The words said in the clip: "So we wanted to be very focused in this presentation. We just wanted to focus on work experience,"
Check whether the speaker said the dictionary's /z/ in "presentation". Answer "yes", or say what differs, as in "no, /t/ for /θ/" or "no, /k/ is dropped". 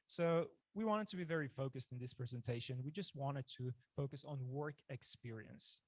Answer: yes